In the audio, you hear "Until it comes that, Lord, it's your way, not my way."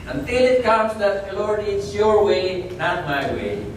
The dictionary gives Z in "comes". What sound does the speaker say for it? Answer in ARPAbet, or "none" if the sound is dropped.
S